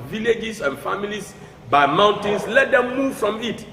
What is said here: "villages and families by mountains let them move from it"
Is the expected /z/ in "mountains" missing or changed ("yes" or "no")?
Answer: yes